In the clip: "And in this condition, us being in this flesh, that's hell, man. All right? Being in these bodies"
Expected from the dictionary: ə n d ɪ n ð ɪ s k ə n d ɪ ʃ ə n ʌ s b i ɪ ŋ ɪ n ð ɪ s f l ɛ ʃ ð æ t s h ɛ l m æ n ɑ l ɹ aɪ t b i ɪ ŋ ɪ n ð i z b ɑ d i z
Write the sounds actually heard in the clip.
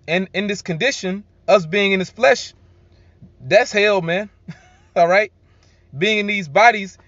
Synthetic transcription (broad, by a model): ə n ɪ n ð ɪ s k ə n d ɪ ʃ ə n ʌ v b i ɪ ŋ ɪ n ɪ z f l ɛ ʃ ð æ t s h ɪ l m æ n ɑ l ɹ aɪ t b i ɪ ŋ ɪ n ð i z b ɑ d i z